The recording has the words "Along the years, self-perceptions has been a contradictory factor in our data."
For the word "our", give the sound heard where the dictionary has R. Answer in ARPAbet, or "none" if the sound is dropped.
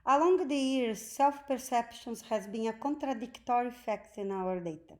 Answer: R